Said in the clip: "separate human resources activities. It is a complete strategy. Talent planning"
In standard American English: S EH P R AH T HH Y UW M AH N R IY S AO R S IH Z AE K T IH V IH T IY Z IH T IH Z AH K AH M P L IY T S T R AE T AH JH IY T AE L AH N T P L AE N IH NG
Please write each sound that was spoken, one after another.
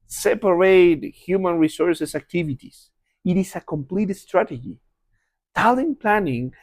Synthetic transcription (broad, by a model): S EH P R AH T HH Y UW M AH N R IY S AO R S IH S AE K T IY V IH T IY S IH T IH S AH K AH M P L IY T S T R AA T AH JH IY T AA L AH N P L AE N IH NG